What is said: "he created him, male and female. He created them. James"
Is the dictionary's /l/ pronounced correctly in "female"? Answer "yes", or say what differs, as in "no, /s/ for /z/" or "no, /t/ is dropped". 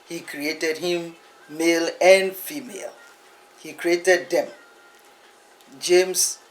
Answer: yes